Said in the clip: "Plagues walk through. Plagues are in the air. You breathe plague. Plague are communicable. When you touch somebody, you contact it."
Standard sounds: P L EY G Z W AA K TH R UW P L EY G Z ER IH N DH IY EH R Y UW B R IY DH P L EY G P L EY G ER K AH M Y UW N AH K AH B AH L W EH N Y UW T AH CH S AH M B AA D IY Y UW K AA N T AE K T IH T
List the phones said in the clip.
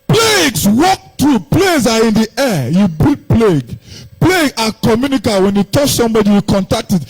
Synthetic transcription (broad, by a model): P L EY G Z W AA K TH R UW P L EY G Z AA IH N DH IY EH Y UW B IY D P L EY G P L EY G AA K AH M Y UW N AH K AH W EH N Y UW T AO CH S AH M B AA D IY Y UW K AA N T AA K T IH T